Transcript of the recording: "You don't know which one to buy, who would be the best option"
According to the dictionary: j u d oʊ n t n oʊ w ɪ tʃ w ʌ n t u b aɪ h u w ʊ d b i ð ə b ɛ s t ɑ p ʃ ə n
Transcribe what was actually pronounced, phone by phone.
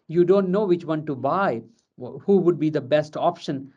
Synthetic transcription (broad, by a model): j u d oʊ n t n oʊ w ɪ tʃ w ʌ n t u b aɪ h u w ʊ d b i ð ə b ɛ s t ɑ p ʃ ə n